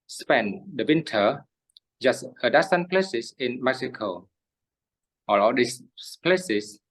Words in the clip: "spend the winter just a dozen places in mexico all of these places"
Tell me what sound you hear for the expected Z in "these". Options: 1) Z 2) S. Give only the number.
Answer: 2